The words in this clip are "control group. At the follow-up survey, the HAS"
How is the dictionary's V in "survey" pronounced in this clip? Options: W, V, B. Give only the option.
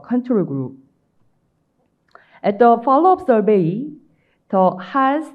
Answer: B